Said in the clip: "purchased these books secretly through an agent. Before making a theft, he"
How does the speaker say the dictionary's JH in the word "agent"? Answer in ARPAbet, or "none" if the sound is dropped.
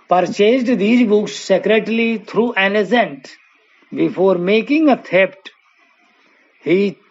Z